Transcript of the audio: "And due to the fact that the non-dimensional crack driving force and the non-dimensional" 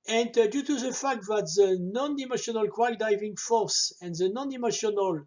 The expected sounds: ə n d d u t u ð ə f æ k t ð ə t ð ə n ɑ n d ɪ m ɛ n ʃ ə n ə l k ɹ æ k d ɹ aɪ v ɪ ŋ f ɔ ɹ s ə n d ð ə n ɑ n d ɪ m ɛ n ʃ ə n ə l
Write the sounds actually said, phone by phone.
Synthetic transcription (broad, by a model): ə n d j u t u ð ə f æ k t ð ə t ð ə n ɑ n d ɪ m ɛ ʃ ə n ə l k w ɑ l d aɪ v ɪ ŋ f ɔ ɹ s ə n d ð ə n ɑ n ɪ m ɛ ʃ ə n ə l